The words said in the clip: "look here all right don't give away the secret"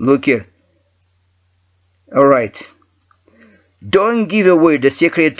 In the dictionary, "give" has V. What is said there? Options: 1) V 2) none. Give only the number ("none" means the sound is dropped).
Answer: 1